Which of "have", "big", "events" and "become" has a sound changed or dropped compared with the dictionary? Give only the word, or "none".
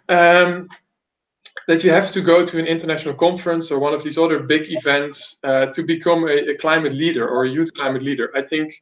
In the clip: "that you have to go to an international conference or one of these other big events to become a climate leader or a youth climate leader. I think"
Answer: have